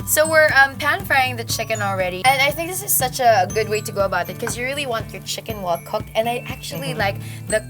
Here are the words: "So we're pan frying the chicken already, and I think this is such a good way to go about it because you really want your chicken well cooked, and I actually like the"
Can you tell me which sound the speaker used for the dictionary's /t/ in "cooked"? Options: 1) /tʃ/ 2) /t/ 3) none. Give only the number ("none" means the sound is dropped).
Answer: 2